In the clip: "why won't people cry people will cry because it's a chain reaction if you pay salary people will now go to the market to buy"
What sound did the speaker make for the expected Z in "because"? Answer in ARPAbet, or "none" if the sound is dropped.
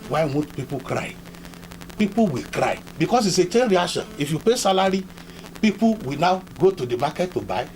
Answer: S